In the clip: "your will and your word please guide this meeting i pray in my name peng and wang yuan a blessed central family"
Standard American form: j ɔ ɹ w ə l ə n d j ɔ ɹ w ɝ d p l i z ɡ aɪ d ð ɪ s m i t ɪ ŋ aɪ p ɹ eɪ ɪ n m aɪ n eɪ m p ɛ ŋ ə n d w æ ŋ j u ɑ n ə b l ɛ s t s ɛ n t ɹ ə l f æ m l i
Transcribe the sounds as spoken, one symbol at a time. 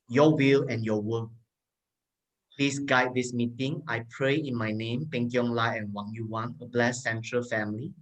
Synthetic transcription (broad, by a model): j ɔ w ə l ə n j ɔ w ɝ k p l i s ɡ aɪ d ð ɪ s m i t ɪ ŋ aɪ p ɹ eɪ ɪ n m aɪ n eɪ m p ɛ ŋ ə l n w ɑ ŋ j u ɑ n ə b l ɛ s s ɛ n t ɹ ə l f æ m l i